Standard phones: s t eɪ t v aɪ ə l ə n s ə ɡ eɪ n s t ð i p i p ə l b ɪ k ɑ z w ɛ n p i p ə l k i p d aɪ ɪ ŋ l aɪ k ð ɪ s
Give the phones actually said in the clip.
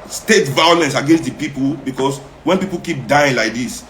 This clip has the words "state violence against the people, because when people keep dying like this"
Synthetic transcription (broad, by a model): s t eɪ t v aɪ ə l ə n s ə ɡ eɪ n s t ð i p i p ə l b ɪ k ɑ s w ɛ n p i p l k i p d aɪ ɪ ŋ l aɪ k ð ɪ s